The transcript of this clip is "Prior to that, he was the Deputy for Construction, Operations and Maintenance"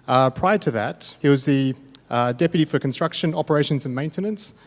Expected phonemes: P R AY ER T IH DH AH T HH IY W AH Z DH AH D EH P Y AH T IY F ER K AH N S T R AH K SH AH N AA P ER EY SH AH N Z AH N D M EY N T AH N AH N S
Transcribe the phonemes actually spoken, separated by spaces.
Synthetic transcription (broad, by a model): P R AY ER T IH DH AH T HH IY W AH Z DH AH D EH P Y AH T IY F ER K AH N S T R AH K SH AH N AA P ER EY SH AH N Z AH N M EY N T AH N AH N S